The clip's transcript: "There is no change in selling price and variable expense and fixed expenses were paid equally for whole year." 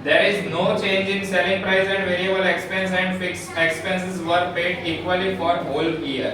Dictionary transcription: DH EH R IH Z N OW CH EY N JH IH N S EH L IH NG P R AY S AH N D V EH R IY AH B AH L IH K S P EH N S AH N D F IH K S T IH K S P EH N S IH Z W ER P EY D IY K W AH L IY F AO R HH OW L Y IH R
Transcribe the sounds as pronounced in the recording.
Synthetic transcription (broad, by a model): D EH R IH Z N OW CH EY N JH IH N S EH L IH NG P R AY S AH N D V EH R IY AH B AH L IH K S P EH N S AH N D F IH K S IH K S P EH N S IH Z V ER P EY D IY K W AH L IY F AO R HH OW L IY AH R